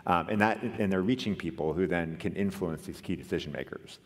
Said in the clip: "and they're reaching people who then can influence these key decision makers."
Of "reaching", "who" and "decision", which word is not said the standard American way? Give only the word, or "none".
none